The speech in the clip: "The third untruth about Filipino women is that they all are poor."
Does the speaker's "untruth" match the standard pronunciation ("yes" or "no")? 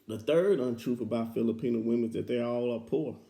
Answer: no